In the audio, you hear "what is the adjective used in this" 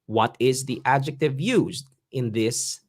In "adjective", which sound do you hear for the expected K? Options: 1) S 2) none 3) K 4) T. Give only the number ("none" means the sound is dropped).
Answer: 3